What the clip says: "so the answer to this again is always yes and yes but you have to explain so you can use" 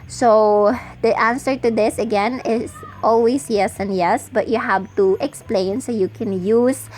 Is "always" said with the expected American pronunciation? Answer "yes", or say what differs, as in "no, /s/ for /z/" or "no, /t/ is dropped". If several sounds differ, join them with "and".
no, /s/ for /z/